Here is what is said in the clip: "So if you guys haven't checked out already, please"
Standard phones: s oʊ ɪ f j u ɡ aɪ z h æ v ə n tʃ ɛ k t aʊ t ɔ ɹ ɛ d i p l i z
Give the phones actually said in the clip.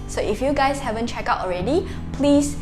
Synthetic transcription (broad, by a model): s oʊ ɪ f j u ɡ aɪ s h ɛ v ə n tʃ ɛ k aʊ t ɔ ɹ ɛ d i p l i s